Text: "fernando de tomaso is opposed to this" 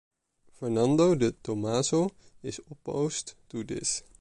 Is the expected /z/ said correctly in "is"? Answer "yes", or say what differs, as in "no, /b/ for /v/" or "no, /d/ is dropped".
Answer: no, /s/ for /z/